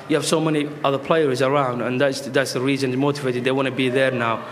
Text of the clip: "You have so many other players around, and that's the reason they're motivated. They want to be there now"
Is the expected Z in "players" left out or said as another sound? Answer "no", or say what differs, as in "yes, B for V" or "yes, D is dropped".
no